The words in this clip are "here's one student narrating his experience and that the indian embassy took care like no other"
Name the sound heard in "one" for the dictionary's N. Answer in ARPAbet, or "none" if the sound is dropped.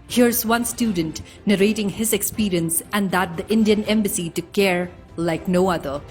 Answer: N